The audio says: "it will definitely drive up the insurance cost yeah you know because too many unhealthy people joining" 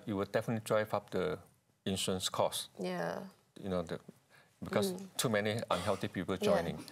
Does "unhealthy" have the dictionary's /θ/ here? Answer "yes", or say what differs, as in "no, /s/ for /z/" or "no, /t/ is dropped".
no, /t/ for /θ/